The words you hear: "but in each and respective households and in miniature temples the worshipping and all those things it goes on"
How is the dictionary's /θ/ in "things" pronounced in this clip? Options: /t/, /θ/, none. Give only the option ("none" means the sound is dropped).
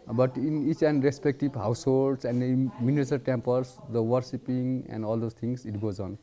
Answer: /t/